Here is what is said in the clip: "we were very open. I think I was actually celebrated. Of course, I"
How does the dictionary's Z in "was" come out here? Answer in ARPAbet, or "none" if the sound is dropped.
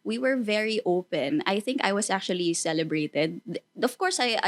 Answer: S